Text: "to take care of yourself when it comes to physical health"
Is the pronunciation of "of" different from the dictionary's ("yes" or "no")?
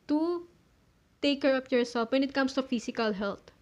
yes